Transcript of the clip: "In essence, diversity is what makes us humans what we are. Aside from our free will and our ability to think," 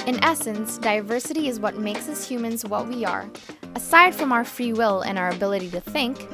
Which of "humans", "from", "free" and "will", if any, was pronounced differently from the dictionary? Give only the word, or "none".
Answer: none